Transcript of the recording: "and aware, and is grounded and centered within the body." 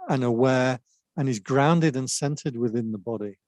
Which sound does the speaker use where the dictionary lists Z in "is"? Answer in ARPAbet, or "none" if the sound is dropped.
Z